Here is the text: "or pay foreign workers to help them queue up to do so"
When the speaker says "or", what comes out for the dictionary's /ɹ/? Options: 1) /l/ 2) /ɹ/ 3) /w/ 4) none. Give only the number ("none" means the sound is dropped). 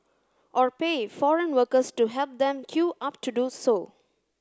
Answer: 2